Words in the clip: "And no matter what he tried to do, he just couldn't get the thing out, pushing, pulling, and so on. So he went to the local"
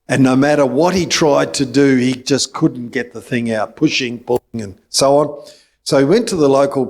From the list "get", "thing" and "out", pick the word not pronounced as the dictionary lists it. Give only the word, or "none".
none